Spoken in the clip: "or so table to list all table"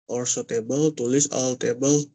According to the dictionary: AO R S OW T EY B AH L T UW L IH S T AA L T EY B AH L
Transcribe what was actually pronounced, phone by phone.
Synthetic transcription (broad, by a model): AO R S OW T EY B AH L T UW L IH S AA L T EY B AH L